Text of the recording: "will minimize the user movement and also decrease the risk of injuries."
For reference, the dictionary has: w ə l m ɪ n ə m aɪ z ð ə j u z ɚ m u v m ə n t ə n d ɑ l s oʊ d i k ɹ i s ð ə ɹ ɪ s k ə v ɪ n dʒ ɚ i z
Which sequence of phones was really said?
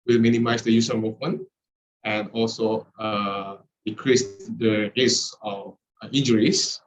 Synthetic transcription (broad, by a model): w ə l m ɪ n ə m aɪ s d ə j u s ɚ m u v m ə n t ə n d ɑ l s oʊ d i k ɹ i s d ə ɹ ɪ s ə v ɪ n dʒ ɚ i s